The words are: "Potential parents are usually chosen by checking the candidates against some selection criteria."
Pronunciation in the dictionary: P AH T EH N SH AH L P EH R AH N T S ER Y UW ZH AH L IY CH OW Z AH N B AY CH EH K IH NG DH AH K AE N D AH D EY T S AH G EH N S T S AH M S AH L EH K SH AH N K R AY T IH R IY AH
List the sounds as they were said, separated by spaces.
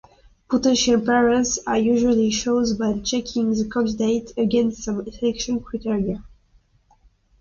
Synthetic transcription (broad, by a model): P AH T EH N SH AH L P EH R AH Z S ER Y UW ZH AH L IY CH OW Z B AY CH EH K IH NG DH AH K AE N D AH D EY T AH G EH N S T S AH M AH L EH K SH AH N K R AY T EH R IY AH